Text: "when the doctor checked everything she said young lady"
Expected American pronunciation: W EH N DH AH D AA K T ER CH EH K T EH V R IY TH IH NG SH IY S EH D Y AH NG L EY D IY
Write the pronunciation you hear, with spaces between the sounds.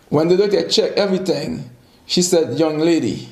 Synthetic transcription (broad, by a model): W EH N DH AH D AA T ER CH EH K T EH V R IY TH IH NG SH IY S EH D Y AH NG L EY D IY